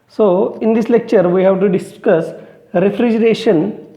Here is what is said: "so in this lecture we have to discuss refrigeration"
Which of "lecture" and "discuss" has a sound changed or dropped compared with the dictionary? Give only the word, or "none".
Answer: none